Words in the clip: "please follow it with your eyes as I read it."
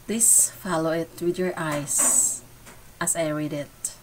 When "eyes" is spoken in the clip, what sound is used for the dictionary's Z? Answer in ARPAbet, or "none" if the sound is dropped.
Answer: S